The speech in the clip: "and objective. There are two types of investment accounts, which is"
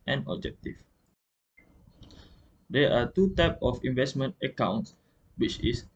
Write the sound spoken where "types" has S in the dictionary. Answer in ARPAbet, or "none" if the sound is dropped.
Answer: none